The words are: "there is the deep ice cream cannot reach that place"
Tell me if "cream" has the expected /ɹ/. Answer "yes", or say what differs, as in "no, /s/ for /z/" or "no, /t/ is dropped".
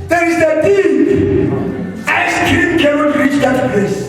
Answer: no, /ɹ/ is dropped